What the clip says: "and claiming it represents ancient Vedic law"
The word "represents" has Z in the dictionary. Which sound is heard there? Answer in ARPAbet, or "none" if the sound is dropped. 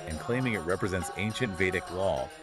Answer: Z